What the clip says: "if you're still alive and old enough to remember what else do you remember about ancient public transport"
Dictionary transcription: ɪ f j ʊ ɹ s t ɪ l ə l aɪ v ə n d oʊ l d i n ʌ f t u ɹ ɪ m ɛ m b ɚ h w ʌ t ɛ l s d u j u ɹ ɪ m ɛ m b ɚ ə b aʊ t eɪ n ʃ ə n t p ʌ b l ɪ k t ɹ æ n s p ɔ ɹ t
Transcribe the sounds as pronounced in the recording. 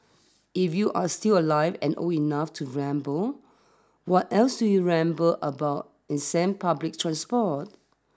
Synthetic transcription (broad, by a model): ɪ f j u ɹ s t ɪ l ə l aɪ v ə n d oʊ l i n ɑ f t u ɹ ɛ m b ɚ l w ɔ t ɛ l s d u j u ɹ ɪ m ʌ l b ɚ ə b aʊ t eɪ n s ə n p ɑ b l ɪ k t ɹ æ n s p ɔ t